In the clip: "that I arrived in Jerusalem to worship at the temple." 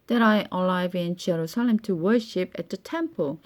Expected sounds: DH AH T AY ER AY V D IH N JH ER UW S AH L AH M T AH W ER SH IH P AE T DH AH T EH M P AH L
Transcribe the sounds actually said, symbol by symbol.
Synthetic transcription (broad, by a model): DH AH T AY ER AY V IH N JH ER UW S AH L AH M T AH W ER SH IH P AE T DH AH T EH M P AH L